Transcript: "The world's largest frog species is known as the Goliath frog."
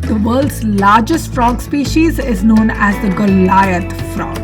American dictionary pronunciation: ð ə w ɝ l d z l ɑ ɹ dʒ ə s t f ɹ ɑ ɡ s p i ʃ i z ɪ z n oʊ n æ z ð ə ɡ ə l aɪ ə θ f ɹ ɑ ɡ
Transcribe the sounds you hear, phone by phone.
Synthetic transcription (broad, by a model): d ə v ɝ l d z l ɑ ɹ dʒ ə s t f ɹ ɑ ɡ s p i ʃ i z ɪ z n oʊ n æ z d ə ɡ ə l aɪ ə t f ɹ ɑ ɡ